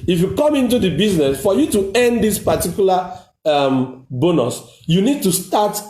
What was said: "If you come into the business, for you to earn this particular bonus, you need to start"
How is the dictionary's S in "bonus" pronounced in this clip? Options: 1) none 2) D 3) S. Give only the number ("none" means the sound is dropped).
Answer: 3